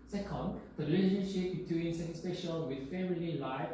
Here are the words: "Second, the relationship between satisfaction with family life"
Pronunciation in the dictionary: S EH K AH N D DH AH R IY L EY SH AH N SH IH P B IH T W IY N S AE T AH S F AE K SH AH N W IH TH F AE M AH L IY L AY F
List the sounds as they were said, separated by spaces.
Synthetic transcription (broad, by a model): S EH K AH N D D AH R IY L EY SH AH N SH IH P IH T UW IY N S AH S P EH SH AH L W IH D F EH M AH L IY L AY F